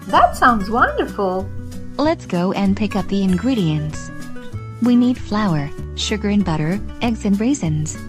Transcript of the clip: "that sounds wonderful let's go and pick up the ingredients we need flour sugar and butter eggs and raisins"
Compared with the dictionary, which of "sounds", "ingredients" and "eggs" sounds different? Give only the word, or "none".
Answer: none